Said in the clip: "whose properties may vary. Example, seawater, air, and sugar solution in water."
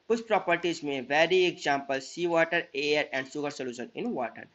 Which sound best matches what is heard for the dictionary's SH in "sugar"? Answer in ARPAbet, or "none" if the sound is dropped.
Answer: S